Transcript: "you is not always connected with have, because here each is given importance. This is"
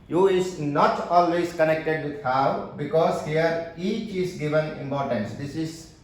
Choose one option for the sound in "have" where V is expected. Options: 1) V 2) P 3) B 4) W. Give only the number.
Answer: 4